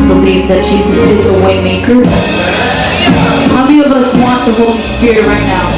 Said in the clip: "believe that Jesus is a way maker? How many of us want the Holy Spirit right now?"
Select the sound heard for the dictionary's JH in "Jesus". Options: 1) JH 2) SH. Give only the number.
2